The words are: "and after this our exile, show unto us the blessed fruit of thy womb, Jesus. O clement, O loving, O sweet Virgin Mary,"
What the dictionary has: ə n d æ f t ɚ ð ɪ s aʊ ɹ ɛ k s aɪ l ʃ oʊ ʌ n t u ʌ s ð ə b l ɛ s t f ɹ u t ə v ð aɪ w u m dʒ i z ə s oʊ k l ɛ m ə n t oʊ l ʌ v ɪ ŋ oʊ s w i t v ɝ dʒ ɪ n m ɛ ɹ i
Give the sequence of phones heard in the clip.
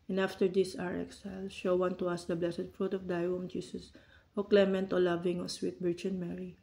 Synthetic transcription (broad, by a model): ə n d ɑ f t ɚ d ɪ s aʊ ɹ ɛ k s aɪ l ʃ oʊ ʌ n t u ʌ s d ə b l ɛ s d f ɹ u t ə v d aɪ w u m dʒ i s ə s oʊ k l ɛ m ə n t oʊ l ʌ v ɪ ŋ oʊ s w i t b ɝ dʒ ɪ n m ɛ ɹ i